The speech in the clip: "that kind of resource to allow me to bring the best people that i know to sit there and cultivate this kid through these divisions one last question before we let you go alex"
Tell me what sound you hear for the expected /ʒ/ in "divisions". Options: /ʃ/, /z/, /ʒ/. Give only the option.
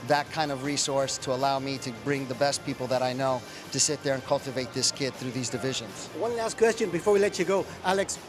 /ʒ/